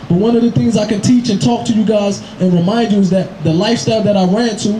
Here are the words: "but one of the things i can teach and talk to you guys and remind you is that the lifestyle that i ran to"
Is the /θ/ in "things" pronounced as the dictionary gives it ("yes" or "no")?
yes